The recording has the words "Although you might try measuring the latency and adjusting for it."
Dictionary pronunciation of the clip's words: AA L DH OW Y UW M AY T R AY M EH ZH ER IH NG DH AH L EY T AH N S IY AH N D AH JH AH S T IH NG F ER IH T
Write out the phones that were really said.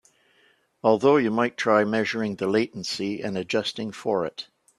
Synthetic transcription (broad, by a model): AA L DH OW Y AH M AY T R AY M EH ZH ER IH NG DH AH L EY T N S IY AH N AH JH AH S T IH NG F ER IH T